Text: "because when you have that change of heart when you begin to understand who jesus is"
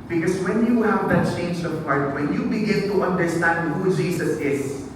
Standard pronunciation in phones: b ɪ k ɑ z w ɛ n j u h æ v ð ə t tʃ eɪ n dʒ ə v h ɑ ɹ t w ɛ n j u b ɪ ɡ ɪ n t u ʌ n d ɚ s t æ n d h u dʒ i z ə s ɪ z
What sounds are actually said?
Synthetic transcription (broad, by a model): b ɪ k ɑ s w ɛ n j u h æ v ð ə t tʃ eɪ n dʒ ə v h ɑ ɹ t w ɛ n j u b ɪ ɡ ɪ n t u ʌ n d ɚ s t æ n d h u dʒ i s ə s ɪ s